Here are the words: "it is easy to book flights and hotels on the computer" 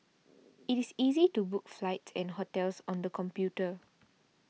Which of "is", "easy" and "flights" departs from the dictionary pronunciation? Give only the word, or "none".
is